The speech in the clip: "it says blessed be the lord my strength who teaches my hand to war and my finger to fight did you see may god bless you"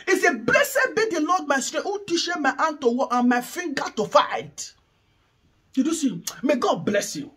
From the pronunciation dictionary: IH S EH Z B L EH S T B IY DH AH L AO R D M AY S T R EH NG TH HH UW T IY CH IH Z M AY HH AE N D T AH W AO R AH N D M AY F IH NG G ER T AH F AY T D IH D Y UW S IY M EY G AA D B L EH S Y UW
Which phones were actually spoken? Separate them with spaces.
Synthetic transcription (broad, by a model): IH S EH B L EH S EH B IY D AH L AO D M AY S T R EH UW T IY SH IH M AY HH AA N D T AH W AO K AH N M AY F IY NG G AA T AH F AY T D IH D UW S IY M EY G AA D B L EH S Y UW